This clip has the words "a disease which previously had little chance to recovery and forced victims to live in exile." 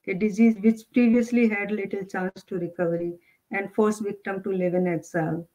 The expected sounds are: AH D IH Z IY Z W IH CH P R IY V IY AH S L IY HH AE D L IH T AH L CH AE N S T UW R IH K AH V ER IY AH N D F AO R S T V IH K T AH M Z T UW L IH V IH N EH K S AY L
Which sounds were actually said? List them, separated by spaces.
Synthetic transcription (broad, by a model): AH D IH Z IY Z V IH CH P R IY V IY AH S L IY HH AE D L IH T AH L CH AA N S T UW R IH K AH V ER IY AH N D F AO R S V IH K T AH M T UW L IH V IH N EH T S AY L